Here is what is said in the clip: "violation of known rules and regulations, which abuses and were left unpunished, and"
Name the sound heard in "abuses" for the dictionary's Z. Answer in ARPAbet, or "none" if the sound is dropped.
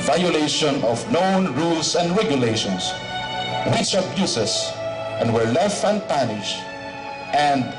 S